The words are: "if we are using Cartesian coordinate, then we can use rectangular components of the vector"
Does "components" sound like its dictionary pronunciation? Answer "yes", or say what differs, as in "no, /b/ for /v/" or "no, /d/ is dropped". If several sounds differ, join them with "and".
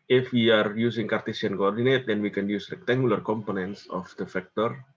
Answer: yes